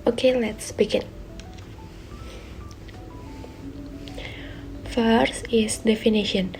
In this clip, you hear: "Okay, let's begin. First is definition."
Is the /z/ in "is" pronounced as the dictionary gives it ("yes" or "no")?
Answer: no